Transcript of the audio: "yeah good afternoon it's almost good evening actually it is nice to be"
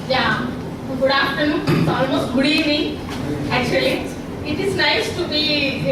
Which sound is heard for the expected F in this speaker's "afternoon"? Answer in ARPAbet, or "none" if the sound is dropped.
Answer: P